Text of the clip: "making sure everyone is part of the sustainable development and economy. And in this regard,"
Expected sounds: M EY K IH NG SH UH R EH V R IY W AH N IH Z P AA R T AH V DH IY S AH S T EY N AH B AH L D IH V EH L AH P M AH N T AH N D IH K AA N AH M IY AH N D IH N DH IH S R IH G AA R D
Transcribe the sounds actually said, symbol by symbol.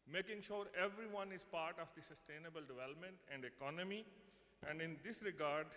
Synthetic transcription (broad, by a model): M EY K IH NG SH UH R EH V R IY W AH N IH Z P AA R T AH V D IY S AH S T EY N AH B AH L D IH V EH L AH P M AH N T AH N D IH K AA N AH M IY AH N D IH N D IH S R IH G AA R D